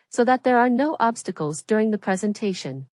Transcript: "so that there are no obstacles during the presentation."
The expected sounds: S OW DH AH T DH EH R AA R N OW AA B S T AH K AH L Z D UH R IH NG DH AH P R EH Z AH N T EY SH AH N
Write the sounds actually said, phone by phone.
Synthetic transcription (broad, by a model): S OW DH AH T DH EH R AA R N OW AA B S T AH K AH L Z D UH R IH NG DH AH P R EH Z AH N T EY SH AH N